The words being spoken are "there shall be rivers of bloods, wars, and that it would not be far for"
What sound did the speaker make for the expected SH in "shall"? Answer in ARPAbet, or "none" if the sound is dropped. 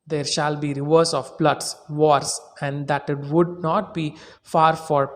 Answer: SH